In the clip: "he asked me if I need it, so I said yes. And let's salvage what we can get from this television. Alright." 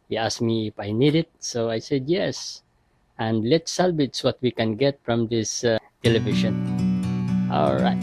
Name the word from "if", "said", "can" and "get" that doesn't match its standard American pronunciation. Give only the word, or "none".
none